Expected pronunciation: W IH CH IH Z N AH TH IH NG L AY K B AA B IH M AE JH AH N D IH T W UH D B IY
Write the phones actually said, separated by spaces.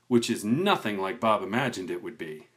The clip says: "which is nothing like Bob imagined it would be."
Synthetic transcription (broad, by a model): W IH CH IH Z N AH TH IH NG L AY K B AA B IH M AE JH AH N D IH T W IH D B IY